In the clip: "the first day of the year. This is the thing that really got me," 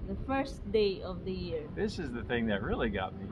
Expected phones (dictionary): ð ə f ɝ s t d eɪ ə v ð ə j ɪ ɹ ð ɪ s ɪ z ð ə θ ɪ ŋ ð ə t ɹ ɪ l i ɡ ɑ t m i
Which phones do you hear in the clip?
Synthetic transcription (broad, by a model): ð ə f ɝ s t d eɪ ə v ð ə j ɪ ɹ ð ɪ s ɪ z ð ə θ ɪ ŋ ð ə t ɹ ɪ l i ɡ ɑ t m i